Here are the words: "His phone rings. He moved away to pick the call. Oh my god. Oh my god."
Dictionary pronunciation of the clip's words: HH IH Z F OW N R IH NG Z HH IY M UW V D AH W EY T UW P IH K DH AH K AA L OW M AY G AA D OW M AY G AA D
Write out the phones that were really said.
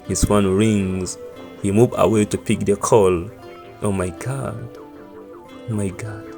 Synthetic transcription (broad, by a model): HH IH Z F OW N R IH NG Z HH IY M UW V AH W EY T UW P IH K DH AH K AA L OW M AY G AA D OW M AY G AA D